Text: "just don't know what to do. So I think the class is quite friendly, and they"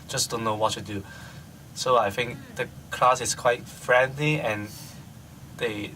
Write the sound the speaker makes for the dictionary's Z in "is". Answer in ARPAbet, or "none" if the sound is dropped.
S